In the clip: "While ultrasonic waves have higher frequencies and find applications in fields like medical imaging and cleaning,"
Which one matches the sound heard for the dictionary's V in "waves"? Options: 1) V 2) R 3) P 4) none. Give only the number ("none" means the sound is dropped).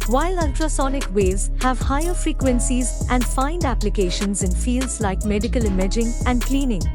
4